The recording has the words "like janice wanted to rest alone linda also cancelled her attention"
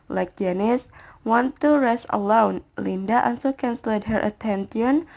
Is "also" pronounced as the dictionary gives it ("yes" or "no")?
no